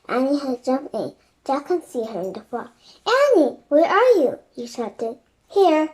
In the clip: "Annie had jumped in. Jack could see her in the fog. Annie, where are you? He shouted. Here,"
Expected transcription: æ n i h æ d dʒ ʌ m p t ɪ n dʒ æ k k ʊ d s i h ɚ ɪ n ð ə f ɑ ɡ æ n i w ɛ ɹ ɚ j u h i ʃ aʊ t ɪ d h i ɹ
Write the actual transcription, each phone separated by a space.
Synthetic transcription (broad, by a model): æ n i h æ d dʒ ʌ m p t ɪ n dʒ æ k k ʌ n s i h ɚ ɪ n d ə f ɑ æ n i w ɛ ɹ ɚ j u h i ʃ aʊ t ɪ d h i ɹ